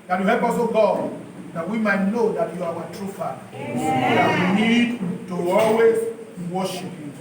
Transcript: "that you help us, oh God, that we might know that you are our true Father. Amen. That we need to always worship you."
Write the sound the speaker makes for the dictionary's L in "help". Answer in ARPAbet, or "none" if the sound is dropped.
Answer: none